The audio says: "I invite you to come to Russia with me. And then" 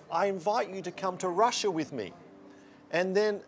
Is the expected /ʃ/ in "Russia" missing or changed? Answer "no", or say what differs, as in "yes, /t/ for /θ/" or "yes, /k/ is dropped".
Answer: no